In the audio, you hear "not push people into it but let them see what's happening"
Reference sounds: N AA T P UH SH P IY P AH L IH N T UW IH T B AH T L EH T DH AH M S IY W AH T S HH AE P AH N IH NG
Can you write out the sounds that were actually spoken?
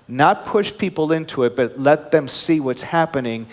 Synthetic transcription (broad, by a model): N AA T P UH SH P IY P L IH N T UW IH T B AH T L EH T DH AH M S IY W AH T S HH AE P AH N IH NG